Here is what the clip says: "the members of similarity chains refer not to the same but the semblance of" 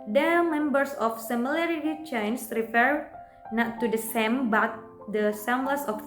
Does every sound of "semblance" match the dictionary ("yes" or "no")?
no